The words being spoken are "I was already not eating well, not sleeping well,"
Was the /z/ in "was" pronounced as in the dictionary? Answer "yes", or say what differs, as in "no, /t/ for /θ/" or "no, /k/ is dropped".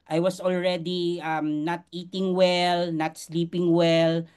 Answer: no, /s/ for /z/